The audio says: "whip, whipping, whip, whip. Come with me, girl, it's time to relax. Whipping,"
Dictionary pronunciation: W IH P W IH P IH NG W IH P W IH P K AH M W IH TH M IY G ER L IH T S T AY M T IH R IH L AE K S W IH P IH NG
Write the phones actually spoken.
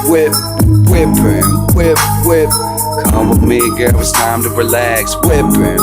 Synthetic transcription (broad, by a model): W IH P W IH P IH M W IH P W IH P K AH M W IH M IY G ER W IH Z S T AY M T IH R IH L AE K S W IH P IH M